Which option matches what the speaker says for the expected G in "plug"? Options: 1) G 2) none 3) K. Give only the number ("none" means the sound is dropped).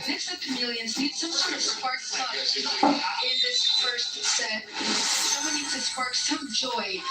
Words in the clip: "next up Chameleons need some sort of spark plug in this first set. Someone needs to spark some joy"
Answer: 2